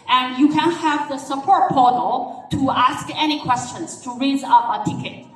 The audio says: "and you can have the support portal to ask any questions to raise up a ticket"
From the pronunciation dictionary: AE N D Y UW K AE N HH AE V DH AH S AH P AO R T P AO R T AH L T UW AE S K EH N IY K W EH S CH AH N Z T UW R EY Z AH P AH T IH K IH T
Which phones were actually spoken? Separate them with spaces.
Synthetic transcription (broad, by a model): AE N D Y UW K AE N HH AE V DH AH S AH P AO R T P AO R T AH L T UW AE S K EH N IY K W EH S CH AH N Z T UW R EY Z AH P AH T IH K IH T